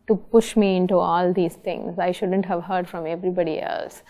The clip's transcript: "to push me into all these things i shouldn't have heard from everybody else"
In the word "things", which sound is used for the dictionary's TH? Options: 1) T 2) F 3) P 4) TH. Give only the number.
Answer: 1